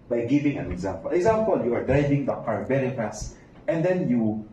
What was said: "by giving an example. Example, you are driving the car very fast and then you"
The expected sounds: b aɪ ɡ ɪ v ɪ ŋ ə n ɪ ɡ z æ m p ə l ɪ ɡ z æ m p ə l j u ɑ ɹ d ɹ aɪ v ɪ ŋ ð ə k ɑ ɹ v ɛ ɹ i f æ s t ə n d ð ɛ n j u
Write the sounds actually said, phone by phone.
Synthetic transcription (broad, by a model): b aɪ ɡ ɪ v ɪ ŋ ə n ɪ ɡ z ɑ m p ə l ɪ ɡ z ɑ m p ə l j u ɑ ɹ d ɹ aɪ v ɪ ŋ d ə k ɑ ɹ b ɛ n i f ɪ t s ə n d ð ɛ n j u